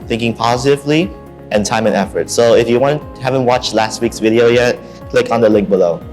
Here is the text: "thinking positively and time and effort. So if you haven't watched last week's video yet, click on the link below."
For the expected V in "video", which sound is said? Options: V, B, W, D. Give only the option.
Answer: V